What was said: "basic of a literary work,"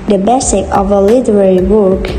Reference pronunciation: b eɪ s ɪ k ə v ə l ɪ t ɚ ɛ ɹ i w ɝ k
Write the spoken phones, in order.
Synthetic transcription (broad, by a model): b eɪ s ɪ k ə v ə l ɪ t ɚ ɛ ɹ i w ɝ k